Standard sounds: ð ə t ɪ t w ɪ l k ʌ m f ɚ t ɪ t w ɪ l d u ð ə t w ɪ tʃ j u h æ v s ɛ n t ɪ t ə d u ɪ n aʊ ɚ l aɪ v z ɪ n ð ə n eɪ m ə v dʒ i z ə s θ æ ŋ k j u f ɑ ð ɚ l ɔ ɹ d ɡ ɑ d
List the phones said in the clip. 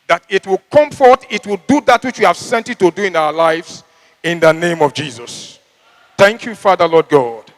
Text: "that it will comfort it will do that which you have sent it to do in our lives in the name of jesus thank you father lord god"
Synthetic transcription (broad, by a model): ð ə t ɪ t w ɪ l k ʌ m f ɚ t ɪ t w ɪ l d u ð ə t w ɪ tʃ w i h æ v s ɛ n t ɪ t ə d u ɪ n aʊ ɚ l aɪ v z ɪ n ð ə n eɪ m ə v dʒ i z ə s θ æ ŋ k j u f ɑ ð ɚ l ɔ d ɡ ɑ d